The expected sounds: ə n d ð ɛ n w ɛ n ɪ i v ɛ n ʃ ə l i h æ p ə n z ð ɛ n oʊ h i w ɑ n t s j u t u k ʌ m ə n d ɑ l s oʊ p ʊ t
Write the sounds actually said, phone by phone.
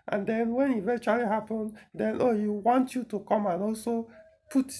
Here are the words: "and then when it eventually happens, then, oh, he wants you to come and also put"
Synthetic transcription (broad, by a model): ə n d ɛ n w ɛ n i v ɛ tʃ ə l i h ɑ p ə n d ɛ n oʊ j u w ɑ n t j u t u k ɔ m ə n ɑ l s oʊ p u t